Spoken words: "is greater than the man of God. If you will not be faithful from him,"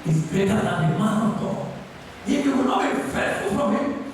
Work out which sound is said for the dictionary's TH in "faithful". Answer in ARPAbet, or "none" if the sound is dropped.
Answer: T